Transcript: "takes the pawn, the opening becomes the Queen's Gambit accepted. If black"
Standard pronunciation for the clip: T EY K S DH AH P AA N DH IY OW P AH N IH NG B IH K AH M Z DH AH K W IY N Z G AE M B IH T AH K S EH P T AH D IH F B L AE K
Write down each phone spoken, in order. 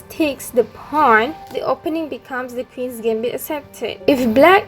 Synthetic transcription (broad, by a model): T EY K S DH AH P AA N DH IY OW P AH N IH NG B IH K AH M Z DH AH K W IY N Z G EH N B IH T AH S EH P T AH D IH F B L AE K